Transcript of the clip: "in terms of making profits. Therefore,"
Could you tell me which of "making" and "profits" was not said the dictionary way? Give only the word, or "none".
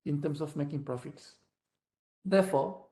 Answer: none